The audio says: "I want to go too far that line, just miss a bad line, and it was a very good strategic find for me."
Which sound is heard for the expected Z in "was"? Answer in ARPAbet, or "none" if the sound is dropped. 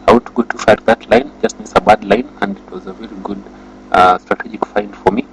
Z